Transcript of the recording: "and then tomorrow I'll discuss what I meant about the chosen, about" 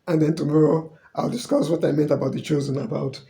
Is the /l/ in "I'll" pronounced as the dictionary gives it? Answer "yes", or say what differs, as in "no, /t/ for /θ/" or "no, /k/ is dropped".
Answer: yes